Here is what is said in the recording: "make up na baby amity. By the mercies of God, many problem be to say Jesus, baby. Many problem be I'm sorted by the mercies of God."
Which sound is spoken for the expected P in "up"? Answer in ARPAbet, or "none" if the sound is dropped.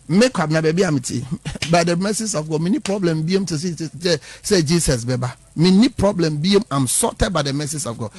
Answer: B